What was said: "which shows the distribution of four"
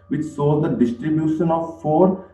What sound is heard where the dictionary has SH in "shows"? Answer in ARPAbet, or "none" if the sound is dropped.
S